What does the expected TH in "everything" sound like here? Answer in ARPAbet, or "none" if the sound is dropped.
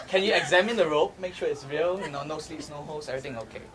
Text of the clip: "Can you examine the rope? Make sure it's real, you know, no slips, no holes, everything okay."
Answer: T